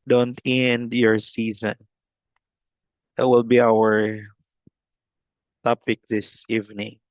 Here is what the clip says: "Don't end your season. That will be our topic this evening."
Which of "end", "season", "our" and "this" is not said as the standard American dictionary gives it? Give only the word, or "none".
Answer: none